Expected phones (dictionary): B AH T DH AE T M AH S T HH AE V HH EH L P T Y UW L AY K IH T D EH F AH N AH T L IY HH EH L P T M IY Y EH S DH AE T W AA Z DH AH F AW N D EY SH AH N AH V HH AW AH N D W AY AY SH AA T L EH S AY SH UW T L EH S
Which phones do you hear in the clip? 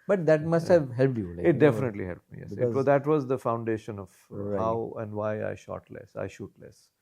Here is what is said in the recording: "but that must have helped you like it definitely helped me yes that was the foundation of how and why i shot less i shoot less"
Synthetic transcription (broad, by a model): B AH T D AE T M AH S T HH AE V HH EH L P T Y UW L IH IH T D EH F AH N AH T L IY HH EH L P M IY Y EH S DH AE T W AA Z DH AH F AW N D EY SH AH N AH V HH AW AH N D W AY AY SH AA T L EH S AY SH UW T L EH S